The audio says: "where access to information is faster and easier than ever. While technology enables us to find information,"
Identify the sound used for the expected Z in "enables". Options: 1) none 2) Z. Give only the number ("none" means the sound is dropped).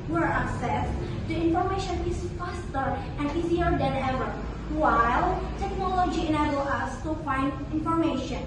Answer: 1